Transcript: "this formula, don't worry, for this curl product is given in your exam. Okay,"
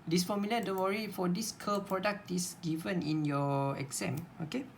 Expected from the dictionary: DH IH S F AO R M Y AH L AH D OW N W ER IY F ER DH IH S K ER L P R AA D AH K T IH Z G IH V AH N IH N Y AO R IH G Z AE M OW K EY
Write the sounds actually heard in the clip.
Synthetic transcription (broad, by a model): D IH S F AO M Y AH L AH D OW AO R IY F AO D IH S K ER P R AA D AH K T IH S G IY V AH N IH N Y AO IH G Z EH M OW K EY